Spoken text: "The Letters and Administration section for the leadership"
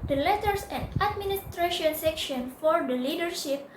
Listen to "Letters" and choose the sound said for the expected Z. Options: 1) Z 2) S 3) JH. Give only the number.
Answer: 2